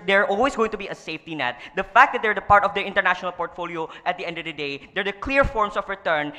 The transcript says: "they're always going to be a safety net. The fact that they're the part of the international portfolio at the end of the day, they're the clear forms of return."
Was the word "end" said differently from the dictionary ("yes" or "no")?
no